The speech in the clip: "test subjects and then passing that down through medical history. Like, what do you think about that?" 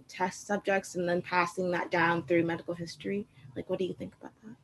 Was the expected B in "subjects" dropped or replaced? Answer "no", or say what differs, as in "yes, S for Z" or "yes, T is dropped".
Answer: no